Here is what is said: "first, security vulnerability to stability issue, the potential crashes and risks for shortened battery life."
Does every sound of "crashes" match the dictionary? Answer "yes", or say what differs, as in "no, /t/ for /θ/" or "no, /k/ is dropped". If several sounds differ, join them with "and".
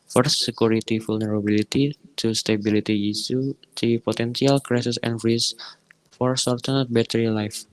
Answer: no, /s/ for /ʃ/ and /s/ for /z/